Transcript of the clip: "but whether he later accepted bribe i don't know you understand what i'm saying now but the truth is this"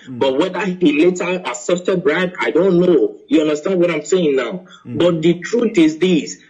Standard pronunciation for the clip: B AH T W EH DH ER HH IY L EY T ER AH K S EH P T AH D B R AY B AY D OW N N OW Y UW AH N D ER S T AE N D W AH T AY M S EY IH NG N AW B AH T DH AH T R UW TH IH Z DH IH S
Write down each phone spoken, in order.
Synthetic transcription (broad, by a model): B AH T W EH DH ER HH IY L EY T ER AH S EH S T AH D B R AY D AY D OW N N OW Y UW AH N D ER S T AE N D W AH T AY M S EY IH NG N AW B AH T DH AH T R UW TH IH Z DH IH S